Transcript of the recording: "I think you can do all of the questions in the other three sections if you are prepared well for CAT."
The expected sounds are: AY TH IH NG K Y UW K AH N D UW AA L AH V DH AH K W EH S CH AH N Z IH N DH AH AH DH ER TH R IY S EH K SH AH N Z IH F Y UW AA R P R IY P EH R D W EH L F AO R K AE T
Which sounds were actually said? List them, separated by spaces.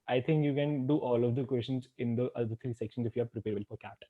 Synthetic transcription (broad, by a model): AY T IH NG K Y UW K AH N D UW AA L AH V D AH K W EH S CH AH N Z IH N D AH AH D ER T R IY S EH K SH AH N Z IH F Y UW AA R P R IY P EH R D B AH L F AO R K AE T